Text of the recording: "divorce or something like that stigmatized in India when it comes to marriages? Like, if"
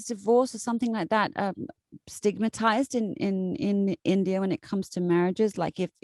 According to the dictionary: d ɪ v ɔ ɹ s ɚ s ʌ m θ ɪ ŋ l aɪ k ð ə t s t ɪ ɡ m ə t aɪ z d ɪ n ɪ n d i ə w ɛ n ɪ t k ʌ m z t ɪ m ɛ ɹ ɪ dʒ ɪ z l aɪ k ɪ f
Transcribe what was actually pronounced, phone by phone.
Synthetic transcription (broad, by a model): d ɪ v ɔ ɹ s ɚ s ʌ m θ ɪ ŋ l aɪ k ð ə t s t ɪ ɡ m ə t aɪ z d ɪ n ɪ n d i ə w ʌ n ɪ t k ʌ m z t ɪ m ɛ ɹ ɪ dʒ ɪ z l aɪ k ɪ f